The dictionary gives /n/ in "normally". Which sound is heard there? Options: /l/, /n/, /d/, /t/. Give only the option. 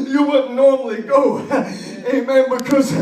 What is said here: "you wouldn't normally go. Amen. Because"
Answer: /n/